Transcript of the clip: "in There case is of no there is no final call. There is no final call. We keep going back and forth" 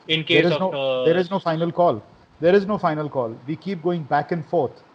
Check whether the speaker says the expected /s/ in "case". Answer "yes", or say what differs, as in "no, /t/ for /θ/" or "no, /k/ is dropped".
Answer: no, /s/ is dropped